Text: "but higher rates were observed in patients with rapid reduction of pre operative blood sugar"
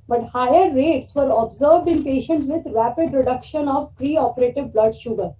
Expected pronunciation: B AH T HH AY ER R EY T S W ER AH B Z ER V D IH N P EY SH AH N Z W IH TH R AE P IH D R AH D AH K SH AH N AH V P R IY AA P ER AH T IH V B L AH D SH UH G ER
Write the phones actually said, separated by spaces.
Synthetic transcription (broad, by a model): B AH T HH AY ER R EY T S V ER AH B Z ER V D IH N P EY SH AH N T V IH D R AE P IH D R AH D AH K SH AH N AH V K R IY AA P ER AH T IH V B L AH D SH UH G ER